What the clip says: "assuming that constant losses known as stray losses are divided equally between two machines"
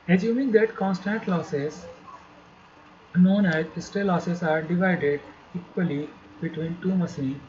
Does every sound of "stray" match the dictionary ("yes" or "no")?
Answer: no